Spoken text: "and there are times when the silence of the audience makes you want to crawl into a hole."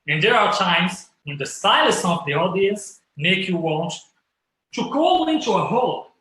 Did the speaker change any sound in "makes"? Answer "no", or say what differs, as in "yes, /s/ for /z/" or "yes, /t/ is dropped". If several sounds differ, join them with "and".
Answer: yes, /s/ is dropped